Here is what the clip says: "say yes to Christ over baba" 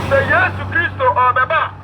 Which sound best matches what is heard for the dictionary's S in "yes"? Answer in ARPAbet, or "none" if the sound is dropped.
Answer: S